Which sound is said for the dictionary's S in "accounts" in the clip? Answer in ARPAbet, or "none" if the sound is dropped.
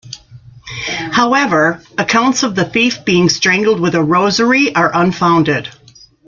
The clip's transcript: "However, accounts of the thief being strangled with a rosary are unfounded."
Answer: S